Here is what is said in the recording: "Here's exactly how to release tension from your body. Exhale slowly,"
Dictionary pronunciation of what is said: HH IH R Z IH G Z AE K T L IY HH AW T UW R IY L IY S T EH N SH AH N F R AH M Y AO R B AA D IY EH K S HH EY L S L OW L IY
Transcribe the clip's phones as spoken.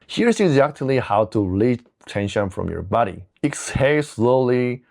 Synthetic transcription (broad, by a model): HH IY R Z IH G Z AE K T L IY HH AW T UW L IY T EH N SH AH N F R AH M Y AO R B AA D IY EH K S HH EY S L OW L IY